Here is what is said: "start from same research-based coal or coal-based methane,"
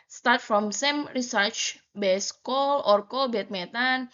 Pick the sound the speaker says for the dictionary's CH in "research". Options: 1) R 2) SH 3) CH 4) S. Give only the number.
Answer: 3